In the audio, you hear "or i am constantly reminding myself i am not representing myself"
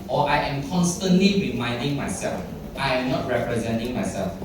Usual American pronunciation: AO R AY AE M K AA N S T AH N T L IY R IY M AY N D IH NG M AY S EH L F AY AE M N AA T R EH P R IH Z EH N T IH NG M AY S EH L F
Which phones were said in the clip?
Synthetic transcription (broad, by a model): AO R AY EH M K AA N S T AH N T L IY R IY M AY N D IH NG M AY S EH L F AY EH M N AA T R EH P R IH Z EH N T IH NG M AY S EH L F